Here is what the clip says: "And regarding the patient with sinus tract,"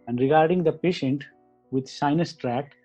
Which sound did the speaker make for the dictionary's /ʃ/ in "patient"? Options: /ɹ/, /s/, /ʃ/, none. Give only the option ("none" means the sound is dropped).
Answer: /ʃ/